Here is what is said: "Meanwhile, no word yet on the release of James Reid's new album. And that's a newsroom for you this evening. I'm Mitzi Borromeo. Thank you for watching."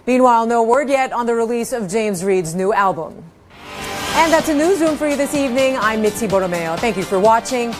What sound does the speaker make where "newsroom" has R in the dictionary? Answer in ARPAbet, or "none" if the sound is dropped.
none